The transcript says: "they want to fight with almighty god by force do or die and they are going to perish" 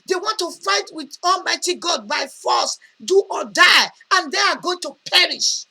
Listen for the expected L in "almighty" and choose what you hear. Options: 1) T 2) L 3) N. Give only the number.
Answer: 2